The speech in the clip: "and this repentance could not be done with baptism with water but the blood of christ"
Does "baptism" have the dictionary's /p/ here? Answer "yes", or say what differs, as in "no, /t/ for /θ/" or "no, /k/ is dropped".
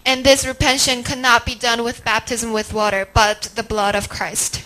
yes